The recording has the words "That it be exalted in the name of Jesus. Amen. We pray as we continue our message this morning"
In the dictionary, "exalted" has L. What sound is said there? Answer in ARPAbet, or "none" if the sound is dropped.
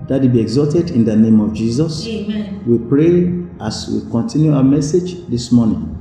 none